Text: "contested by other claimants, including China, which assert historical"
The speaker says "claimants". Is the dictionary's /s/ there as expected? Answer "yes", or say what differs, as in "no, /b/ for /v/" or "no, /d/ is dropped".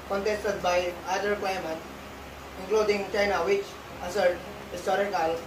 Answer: no, /s/ is dropped